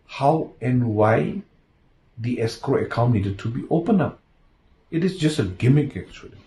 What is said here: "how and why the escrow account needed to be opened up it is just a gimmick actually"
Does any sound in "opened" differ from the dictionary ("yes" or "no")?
yes